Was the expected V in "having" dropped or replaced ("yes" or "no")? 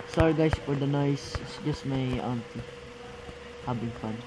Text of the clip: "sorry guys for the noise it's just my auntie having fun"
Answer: yes